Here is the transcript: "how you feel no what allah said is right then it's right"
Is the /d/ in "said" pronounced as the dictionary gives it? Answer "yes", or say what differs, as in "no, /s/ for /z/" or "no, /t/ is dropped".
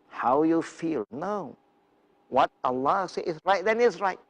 no, /d/ is dropped